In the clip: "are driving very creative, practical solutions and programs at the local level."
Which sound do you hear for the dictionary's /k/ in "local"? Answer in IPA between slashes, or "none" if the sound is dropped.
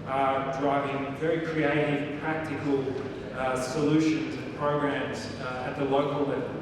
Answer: none